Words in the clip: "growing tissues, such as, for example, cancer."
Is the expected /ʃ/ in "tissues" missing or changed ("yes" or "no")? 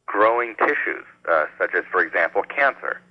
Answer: no